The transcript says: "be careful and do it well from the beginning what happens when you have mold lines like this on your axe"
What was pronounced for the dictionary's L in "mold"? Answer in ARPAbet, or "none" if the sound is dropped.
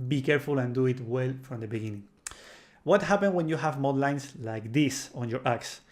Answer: none